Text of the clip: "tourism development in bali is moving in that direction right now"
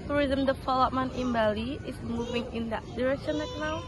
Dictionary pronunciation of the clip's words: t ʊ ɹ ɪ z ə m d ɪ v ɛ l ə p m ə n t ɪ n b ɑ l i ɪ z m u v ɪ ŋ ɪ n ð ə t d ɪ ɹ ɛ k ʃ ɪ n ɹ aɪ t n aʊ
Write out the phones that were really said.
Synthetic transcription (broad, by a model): t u ɹ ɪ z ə m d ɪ f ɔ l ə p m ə n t ɪ n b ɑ l i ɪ s m u v ɪ ŋ ɪ n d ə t d ɪ ɹ ɛ k ʃ ɪ n l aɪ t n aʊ